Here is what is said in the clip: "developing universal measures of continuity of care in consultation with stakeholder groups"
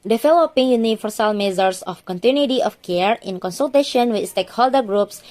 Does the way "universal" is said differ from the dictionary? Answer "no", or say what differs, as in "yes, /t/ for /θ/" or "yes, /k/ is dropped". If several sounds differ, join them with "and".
yes, /f/ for /v/